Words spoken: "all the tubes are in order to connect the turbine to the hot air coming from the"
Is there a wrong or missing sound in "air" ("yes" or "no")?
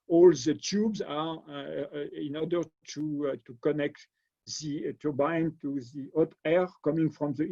no